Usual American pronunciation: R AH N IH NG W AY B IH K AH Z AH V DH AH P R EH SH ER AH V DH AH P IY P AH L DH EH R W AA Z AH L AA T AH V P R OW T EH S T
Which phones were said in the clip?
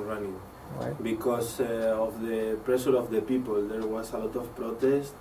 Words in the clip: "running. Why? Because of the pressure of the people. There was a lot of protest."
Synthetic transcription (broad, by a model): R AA N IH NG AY B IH K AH S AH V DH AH P R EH S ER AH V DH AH P IY P AH L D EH R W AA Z AH L AA T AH F P R OW T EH S T